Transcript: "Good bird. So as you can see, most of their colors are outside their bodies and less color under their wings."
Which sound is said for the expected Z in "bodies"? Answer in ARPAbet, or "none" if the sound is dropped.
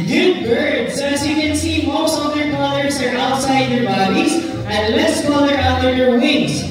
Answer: Z